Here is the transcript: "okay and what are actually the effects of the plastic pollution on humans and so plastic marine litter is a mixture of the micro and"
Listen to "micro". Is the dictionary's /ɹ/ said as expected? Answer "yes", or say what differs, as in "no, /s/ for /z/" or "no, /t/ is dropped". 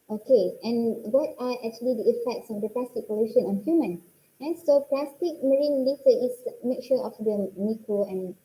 no, /ɹ/ is dropped